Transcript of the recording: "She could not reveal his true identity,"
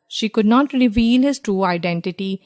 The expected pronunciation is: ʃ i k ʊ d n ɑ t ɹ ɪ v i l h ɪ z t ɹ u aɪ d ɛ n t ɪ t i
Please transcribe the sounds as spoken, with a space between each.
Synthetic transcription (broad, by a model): ʃ i k ʊ d n ɑ t ɹ ɪ v i l h ɪ z t ɹ u aɪ d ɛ n t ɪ t i